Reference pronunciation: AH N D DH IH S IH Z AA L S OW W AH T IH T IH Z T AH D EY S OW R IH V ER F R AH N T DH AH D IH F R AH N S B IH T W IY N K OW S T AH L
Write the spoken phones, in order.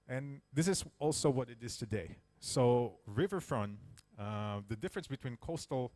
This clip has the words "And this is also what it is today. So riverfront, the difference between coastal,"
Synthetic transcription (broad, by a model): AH N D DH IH S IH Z AA L S OW W AH T IH T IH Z T AH D EY S OW R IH V ER F R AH N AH DH AH D IH F R AH N S B IH T W IY N K OW S T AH L